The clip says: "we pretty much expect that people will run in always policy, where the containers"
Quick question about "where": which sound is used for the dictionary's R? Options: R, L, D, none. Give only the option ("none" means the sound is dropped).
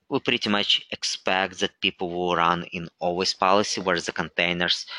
R